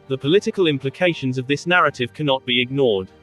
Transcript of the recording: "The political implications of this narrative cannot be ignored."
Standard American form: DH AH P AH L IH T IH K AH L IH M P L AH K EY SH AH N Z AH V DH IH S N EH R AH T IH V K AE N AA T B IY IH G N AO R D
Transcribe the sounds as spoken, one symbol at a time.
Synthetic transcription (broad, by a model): DH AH P AH L IH T IH K AH L IH M P L AH K EY SH AH N Z AH V DH IH S N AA R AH T IH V K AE N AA T B IY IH G N AO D